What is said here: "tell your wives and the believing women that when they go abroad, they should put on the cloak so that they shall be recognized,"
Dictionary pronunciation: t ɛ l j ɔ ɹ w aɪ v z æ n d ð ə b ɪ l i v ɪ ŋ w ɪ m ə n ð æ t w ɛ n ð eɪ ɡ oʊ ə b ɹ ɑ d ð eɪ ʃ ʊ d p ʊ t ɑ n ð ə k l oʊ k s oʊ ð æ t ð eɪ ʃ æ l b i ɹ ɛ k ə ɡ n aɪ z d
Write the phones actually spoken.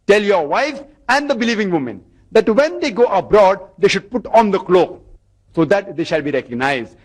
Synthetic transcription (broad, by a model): t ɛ l j ɔ ɹ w aɪ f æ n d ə b ɪ l i v ɪ ŋ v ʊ m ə n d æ t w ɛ n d eɪ ɡ oʊ ə b ɹ ɑ d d eɪ ʃ ʊ d p ʊ t ɑ n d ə k l oʊ k s oʊ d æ t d eɪ ʃ æ l b i ɹ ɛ k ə ɡ n aɪ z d